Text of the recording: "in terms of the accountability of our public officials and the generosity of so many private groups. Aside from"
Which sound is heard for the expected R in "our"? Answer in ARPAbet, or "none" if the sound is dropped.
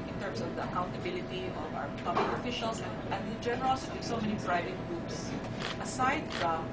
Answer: W